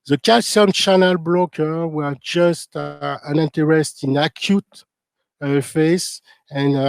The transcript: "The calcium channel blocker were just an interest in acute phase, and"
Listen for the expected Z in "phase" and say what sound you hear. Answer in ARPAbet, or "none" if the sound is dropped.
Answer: S